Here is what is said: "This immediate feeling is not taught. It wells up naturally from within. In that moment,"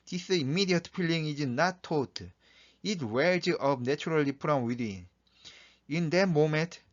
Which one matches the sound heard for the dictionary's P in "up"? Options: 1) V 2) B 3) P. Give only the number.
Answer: 2